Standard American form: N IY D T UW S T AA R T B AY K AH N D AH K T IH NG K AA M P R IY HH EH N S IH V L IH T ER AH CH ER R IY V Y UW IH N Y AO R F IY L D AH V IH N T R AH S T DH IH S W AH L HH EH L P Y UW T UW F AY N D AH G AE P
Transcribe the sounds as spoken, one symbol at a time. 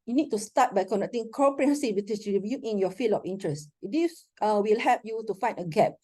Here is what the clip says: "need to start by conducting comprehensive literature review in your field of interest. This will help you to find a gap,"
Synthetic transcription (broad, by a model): N IY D T UW S T AA T B AY K AH N D AH K T IH NG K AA P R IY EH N S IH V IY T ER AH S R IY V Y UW IH N Y AO F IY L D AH F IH N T R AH S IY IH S W AH L HH EH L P Y UW T UW F AY N D AH G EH P